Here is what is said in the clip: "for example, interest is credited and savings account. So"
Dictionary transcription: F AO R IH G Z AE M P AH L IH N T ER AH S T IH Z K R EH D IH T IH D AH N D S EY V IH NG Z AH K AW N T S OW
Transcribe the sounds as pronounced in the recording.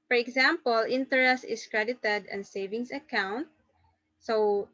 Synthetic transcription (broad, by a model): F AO R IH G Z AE M P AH L IH N T ER AH S T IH S K R EH D IH T IH D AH N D S EY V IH NG S AH K AW N T S OW